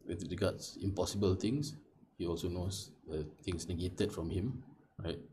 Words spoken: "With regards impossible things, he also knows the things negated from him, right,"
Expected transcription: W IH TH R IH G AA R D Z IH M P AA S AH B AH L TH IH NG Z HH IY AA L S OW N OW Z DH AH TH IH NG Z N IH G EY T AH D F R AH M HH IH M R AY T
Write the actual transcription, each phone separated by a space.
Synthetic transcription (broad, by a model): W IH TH R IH G AA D S IH M P AA S AH B AH L T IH NG S HH IY AA L S OW N OW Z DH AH T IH NG S N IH G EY T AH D F R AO M HH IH M R AY T